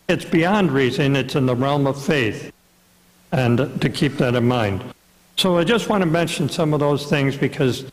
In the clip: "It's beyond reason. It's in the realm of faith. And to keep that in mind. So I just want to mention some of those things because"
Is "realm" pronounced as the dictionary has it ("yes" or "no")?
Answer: yes